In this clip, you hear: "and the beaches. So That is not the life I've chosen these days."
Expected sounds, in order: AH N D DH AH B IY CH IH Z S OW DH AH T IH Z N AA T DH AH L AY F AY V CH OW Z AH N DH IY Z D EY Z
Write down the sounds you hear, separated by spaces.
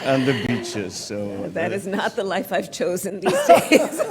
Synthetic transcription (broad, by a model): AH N DH AH B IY CH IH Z S OW DH AH T IH Z N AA T DH AH L AY F AY V CH OW Z AH N DH IY Z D EY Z